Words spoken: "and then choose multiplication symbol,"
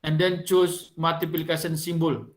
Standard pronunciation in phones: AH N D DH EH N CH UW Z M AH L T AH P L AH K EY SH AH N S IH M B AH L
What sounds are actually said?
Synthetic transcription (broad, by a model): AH N D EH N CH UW S M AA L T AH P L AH K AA S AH N S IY M B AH L